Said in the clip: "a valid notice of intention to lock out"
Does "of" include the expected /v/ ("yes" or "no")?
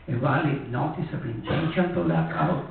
no